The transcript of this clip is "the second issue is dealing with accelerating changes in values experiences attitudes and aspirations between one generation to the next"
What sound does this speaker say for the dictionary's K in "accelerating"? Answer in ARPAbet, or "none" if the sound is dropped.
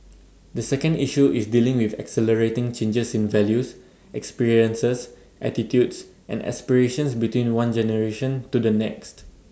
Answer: K